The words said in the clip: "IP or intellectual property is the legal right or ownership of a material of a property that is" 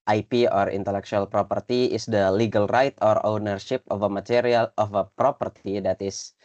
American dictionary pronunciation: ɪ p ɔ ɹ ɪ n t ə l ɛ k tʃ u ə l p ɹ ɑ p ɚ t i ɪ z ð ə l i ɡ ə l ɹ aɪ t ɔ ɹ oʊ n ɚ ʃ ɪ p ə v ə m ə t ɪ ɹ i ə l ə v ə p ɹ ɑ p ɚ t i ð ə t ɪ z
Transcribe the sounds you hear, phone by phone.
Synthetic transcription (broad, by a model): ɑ p ɔ ɹ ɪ n t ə l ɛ k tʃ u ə l p ɹ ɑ p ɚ t i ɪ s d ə l i ɡ ə l ɹ aɪ t ɔ ɹ oʊ n ɚ ʃ ɪ p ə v ə m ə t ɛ ɹ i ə l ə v ə p ɹ ɑ p ɚ t i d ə t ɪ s